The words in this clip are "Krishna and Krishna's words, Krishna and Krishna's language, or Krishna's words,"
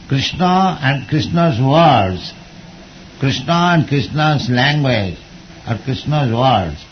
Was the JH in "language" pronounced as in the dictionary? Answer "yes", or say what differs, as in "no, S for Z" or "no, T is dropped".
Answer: yes